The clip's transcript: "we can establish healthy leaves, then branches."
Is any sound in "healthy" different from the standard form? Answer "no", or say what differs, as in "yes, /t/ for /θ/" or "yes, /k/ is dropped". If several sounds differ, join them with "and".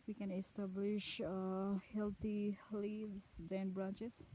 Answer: yes, /t/ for /θ/